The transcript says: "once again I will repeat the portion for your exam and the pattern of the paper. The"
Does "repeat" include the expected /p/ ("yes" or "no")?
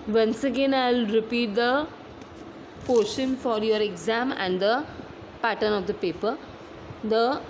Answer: yes